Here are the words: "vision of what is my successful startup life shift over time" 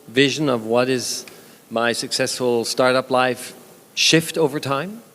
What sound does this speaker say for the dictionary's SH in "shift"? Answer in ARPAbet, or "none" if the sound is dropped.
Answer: SH